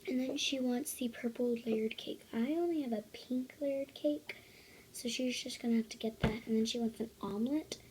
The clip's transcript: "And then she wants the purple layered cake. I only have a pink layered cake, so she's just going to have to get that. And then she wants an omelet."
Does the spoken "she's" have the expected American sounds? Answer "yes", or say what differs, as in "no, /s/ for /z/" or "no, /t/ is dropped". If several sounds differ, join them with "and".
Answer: yes